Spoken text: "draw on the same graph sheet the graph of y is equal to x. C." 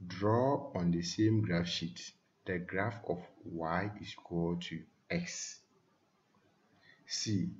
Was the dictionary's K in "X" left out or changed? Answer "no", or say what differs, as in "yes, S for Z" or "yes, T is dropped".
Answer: no